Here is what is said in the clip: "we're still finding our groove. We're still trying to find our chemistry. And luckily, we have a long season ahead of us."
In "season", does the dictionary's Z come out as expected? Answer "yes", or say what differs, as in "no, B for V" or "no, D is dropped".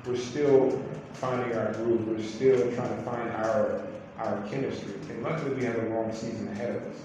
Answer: yes